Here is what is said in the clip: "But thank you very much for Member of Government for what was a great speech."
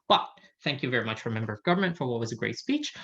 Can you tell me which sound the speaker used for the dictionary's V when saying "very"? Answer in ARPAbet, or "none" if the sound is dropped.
V